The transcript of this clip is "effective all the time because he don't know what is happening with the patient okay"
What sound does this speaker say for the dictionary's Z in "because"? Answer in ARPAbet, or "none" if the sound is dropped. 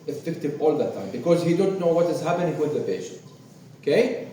Z